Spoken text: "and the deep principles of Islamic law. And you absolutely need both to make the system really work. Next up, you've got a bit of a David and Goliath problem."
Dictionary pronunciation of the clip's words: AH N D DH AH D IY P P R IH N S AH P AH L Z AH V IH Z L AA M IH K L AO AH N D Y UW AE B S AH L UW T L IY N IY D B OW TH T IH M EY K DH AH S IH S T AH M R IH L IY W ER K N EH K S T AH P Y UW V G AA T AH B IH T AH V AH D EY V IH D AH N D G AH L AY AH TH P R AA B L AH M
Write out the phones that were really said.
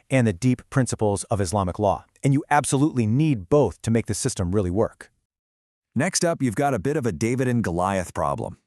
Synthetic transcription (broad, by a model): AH N DH AH D IY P P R IH N S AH P L Z AH V IH Z L AA M IH K L AO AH N Y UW AE B S AH L UW T L IY N IY D B OW TH T IH M EY K DH AH S IH S T AH M R IH L IY W ER K N EH K S T AH P Y UW V G AA T AH B IH T AH V AH D EY V IH D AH N G AH L AY AH TH P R AA B L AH M